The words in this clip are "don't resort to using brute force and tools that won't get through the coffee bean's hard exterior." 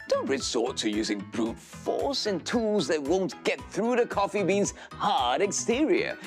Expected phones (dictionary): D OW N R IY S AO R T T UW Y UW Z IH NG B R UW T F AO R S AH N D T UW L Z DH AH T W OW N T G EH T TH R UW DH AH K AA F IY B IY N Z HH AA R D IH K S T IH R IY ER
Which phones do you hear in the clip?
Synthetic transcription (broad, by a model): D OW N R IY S AO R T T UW Y UW Z IH NG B R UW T F AO R S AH N T UW L Z DH AH T W OW N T G EH T TH R UW DH AH K AA F IY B IY N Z HH AA R D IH K S T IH R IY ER